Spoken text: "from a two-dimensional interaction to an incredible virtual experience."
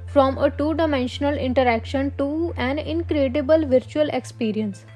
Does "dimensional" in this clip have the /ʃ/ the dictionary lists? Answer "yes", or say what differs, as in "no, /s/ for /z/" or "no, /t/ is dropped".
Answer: yes